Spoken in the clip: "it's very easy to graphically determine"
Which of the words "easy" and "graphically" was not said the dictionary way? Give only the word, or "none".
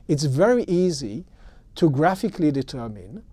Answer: none